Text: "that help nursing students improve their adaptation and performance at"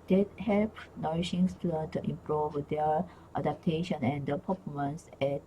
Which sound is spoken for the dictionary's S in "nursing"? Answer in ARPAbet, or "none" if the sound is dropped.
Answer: SH